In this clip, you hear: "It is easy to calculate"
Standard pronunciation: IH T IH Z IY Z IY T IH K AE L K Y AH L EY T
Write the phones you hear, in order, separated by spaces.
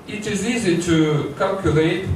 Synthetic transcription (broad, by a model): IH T IH Z IY Z IY T IH K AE L K Y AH L EY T